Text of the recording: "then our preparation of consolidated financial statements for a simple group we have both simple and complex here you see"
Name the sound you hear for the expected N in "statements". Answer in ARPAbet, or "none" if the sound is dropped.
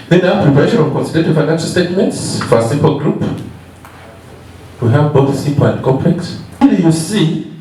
N